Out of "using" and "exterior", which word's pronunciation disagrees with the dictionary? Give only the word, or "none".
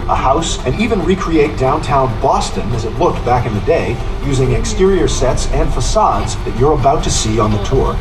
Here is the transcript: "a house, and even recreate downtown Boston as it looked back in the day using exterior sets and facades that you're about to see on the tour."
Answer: none